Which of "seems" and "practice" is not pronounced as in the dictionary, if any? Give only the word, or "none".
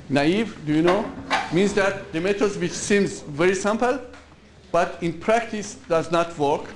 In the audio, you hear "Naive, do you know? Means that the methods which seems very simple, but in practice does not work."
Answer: none